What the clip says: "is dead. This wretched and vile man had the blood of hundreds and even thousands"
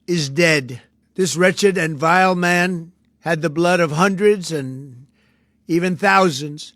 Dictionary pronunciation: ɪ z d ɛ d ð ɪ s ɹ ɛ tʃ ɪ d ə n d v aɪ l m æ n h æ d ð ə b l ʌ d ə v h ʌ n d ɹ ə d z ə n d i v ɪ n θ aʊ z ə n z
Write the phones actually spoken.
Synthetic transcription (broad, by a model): ɪ z d ɛ d ð ɪ s ɹ ɛ tʃ ɪ d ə n v aɪ l m æ n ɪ d ð ə b l ʌ d ə v h ʌ n d ɹ ə d z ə n i v ɪ n θ aʊ z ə n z